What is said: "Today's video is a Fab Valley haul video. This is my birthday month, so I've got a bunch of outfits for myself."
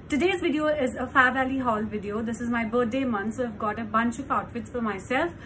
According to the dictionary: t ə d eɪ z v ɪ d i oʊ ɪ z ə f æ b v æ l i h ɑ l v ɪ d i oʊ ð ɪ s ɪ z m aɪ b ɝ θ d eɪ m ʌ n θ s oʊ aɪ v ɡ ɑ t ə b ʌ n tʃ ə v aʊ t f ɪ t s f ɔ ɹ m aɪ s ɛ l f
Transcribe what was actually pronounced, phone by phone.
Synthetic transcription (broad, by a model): t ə d eɪ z v ɪ d i oʊ ɪ z ə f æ v æ l i h ɑ l v ɪ d i oʊ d ɪ s ɪ z m aɪ b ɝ t d eɪ m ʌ n s oʊ aɪ v ɡ ɑ t ə b ʌ n tʃ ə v aʊ t f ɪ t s f ɔ ɹ m aɪ s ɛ l f